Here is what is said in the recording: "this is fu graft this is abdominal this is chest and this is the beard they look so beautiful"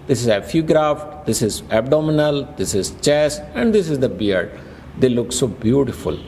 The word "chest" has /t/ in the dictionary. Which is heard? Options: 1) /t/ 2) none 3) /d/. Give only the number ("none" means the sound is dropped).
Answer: 2